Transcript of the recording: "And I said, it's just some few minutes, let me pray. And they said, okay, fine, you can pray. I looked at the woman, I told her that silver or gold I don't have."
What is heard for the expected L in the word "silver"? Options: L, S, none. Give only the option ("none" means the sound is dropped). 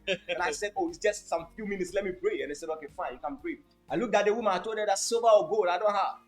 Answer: none